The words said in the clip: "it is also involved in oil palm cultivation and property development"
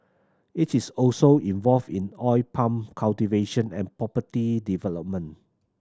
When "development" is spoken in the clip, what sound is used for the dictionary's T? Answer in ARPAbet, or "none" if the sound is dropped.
none